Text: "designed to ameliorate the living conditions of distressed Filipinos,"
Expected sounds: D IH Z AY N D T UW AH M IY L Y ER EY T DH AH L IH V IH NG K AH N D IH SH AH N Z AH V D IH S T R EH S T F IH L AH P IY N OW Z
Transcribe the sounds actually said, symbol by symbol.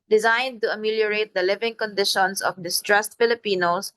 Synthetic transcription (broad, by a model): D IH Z AY N D T UW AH M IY L Y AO EY T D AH L IH V IH NG K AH N D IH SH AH N S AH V D IH S T R EH S T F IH L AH P IY N OW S